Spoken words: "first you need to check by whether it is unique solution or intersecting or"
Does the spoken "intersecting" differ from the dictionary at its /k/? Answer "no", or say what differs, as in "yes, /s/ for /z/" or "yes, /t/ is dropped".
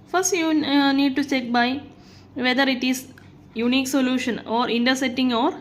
yes, /k/ is dropped